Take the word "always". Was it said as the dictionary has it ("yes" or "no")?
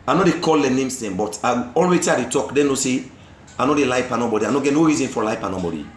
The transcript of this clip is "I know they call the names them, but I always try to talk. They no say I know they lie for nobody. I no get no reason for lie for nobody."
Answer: no